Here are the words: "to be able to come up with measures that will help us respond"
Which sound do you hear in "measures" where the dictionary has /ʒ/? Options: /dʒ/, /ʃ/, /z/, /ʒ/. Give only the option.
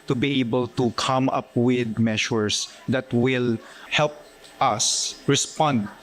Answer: /ʃ/